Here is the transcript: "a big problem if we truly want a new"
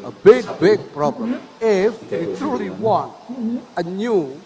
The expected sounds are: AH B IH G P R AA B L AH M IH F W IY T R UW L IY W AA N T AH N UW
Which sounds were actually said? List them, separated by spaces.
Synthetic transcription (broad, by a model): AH B IH G P R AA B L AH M IH F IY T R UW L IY W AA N AH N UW